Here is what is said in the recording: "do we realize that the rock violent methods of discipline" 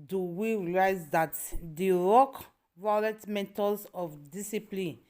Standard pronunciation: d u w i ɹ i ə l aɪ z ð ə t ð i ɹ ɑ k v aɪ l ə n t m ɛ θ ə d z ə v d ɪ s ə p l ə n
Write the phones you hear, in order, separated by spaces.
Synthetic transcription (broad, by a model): d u w i ɹ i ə l aɪ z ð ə t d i ɹ ɑ k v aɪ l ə t m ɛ t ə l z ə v d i s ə p l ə n